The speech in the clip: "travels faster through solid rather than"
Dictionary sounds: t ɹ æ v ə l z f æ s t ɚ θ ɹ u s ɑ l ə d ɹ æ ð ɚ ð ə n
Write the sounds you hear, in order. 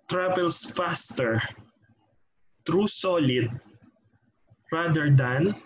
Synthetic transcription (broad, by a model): t ɹ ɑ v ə l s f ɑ s t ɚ t ɹ u s ɑ l ə d ɹ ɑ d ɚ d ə n